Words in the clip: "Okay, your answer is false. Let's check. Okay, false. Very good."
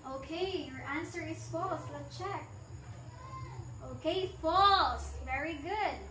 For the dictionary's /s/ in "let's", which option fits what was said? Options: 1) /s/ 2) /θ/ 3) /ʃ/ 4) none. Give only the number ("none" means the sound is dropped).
4